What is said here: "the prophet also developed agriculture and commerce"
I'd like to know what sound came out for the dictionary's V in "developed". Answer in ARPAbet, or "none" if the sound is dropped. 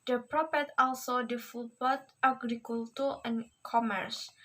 F